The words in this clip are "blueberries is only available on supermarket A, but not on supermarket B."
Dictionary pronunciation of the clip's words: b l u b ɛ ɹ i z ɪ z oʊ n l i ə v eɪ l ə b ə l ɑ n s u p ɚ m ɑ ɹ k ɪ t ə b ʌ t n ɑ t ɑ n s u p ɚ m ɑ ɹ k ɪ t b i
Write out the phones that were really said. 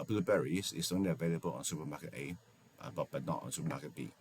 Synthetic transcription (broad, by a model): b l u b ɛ ɹ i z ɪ s oʊ n l i ə v eɪ l ə b ə l ɑ n s u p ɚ m ɑ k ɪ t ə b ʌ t n ɑ t ɑ n s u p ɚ m ɑ k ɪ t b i